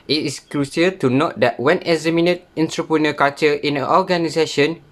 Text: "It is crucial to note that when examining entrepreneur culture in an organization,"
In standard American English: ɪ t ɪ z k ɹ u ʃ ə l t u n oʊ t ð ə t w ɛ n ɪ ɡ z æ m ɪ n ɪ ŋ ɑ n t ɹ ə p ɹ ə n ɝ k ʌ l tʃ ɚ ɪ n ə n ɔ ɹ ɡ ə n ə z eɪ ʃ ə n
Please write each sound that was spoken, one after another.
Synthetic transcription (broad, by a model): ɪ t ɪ s k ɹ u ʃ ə t u n oʊ t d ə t w ɛ n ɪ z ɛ m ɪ n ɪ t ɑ n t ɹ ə p ɹ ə n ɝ k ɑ tʃ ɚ ɪ n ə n ɔ ɡ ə n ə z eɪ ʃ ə n